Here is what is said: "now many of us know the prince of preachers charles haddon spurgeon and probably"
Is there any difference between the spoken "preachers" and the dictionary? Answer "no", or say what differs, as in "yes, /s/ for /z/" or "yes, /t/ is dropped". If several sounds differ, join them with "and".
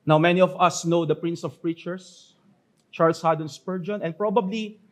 yes, /s/ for /z/